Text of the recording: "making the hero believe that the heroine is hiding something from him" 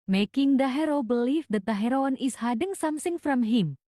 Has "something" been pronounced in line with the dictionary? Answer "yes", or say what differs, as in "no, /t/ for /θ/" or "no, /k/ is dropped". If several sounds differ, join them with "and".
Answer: no, /s/ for /θ/